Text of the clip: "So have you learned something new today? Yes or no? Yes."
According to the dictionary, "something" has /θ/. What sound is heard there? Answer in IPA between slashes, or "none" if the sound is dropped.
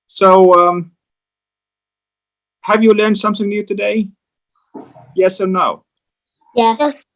/θ/